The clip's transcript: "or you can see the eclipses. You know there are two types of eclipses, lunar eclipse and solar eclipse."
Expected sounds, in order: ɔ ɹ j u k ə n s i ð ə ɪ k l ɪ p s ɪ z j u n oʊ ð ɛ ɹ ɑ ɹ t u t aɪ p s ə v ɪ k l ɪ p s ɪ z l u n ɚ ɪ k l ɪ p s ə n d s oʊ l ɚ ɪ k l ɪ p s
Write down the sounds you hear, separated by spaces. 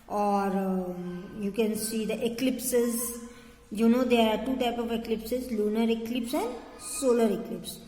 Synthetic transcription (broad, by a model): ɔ ɹ j u k ə n s i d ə ɪ k l ɪ p s ɪ z j u n oʊ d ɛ ɹ ɑ ɹ t u t aɪ p ə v ɪ k l ɪ p s ɪ z l u n ɚ ɪ k l ɪ p s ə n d s oʊ l ɚ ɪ k l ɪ p s